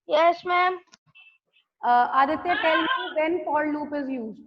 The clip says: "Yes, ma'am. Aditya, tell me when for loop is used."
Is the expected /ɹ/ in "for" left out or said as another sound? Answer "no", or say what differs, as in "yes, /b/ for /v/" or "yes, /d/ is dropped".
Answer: yes, /l/ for /ɹ/